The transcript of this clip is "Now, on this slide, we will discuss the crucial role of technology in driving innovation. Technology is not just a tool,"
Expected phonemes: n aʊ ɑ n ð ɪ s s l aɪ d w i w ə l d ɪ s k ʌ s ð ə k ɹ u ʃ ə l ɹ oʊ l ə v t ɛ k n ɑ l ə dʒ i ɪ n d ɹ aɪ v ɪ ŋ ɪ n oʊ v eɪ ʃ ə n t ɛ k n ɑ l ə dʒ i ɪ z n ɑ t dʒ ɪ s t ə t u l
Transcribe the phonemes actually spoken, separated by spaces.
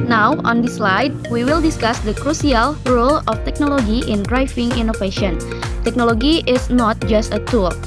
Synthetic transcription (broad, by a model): n aʊ ɑ n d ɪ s s l aɪ d w i w ə l d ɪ s k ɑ s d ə k ɹ u s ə l ɹ oʊ l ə f t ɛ k n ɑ l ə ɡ i ɪ n d ɹ aɪ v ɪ ŋ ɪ n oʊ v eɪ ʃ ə n t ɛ k n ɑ l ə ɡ i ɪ s n ɑ t dʒ ɪ s t ə t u l